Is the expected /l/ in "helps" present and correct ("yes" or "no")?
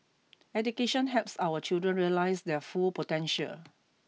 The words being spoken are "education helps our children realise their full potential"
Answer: no